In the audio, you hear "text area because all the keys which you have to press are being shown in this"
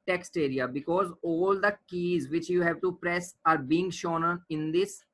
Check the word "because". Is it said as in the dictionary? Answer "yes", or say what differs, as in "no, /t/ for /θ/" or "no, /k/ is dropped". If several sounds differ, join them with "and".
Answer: yes